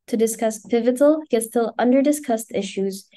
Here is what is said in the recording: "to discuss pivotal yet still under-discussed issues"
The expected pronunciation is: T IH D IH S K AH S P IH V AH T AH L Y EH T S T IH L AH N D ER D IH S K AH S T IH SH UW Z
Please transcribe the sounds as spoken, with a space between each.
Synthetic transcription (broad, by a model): T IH D IH S K AH S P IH V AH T L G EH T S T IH L AH N D ER D IH S K AH S T IH SH UW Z